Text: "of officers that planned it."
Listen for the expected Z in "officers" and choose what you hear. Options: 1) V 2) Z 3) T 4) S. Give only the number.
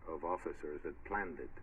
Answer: 2